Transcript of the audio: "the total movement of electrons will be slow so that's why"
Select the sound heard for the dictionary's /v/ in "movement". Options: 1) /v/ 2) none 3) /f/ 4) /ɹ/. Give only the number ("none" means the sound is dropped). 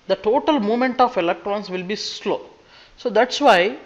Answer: 2